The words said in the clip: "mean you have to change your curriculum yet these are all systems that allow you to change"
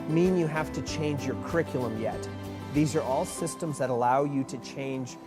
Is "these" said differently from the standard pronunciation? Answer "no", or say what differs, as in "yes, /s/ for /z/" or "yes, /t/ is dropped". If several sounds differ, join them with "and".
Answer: no